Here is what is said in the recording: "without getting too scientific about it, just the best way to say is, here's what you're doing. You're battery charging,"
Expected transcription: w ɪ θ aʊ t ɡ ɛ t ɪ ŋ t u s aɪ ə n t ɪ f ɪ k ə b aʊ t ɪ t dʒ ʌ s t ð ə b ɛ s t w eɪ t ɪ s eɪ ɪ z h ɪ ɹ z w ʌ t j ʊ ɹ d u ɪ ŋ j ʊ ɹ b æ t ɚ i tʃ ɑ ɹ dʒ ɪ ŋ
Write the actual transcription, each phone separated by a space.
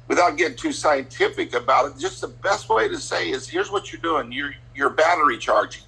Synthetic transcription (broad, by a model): w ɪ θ aʊ t ɡ ɛ t ɪ ŋ t u s aɪ ə n t ɪ f ɪ k ə b aʊ t ɪ t dʒ ʌ s t ð ə b ɛ s t w eɪ t ɪ s eɪ ɪ z h ɪ ɹ z w ʌ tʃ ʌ ɹ d u ɪ ŋ j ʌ ɹ b æ t ɚ i tʃ ɑ ɹ dʒ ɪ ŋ